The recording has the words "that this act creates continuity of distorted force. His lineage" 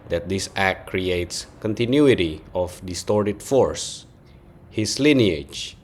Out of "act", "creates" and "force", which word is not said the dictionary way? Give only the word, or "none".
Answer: none